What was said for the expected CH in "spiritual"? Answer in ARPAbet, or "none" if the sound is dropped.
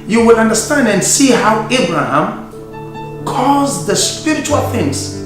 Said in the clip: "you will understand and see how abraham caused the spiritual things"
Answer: CH